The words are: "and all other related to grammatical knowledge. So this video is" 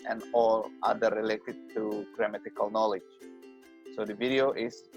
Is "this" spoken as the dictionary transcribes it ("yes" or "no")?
no